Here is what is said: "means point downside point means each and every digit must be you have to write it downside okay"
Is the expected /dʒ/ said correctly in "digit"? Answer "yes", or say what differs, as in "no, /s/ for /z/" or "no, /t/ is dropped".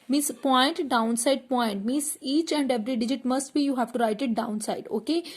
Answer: yes